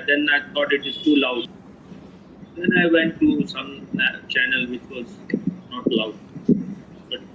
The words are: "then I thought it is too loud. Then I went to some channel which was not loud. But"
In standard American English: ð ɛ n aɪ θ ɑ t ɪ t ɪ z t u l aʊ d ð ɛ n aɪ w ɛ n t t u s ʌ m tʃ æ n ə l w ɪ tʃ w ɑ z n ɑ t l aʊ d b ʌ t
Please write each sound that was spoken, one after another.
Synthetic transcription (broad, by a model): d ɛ n aɪ t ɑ t ɪ t ɪ z t u l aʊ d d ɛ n aɪ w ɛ n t t u s ʌ m tʃ æ n ə l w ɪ tʃ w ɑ z n ɑ t l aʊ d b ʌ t